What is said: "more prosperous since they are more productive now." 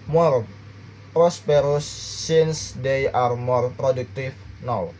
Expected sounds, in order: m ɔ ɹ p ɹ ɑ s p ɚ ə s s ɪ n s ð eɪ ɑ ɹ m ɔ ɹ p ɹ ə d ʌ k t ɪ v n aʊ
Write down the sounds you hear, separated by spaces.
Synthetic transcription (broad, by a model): m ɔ ɹ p ɹ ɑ s p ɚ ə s s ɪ n s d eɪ ɑ ɹ m ɔ ɹ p ɹ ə d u k t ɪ f n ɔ